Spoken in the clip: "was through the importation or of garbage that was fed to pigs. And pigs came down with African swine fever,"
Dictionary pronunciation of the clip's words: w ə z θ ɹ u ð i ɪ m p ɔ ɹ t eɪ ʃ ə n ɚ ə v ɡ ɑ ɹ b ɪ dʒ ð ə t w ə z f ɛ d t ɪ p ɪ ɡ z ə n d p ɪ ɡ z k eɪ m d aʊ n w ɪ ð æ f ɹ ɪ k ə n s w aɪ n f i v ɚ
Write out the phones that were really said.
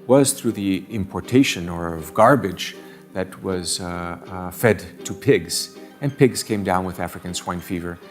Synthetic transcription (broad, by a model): w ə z θ ɹ u ð i ɪ m p ɔ ɹ t eɪ ʃ ə n ɚ ə v ɡ ɑ ɹ b ɪ dʒ ð ə t w ə z f ɛ d t ɪ p ɪ ɡ z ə n p ɪ ɡ z k eɪ m d aʊ n w ɪ ð æ f ɹ ɪ k ə n s w aɪ n f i v ɚ